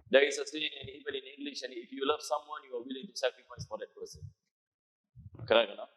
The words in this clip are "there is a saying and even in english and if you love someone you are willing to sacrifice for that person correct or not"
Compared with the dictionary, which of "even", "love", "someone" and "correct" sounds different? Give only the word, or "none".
correct